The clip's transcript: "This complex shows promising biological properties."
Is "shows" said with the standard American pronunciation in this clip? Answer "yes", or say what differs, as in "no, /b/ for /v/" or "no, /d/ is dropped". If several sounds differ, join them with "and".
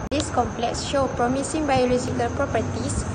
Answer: no, /z/ is dropped